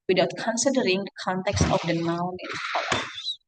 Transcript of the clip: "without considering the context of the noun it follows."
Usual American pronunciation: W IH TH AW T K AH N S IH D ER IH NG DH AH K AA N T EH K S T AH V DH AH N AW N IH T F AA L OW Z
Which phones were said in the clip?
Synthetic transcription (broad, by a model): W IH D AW T K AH N S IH D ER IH NG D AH K AA N T EH K S T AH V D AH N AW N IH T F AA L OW